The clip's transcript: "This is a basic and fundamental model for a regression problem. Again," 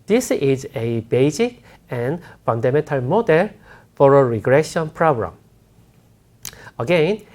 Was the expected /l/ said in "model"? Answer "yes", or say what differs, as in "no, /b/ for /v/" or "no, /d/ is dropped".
yes